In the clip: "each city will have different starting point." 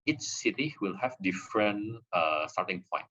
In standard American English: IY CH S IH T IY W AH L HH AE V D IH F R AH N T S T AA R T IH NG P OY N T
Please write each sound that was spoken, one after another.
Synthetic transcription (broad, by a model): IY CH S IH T IY W AH L HH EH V D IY F R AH N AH S T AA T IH NG P OY N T